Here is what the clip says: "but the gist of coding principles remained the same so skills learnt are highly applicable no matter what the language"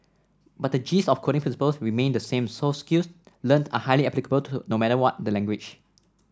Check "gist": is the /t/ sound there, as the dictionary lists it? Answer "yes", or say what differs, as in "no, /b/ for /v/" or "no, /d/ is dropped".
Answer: no, /t/ is dropped